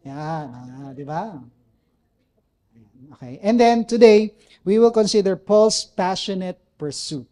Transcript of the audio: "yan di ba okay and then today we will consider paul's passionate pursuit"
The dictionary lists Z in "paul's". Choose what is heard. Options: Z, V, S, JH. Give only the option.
S